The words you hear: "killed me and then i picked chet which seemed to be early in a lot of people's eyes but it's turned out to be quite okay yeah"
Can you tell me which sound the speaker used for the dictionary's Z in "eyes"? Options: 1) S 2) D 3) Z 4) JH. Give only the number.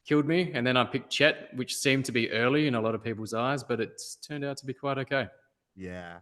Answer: 3